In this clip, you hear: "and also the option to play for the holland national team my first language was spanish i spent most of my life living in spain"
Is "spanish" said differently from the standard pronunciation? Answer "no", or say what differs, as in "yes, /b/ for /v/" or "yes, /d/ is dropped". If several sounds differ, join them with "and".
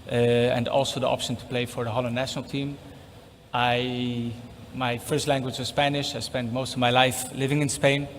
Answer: no